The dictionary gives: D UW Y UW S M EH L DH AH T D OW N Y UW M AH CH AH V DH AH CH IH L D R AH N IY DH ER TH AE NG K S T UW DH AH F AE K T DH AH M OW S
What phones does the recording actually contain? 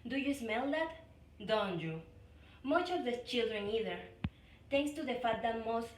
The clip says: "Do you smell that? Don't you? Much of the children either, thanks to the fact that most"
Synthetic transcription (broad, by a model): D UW Y UW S M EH L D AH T D OW N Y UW M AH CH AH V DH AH CH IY L D R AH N IY DH ER T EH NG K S T UW DH AH F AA T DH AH M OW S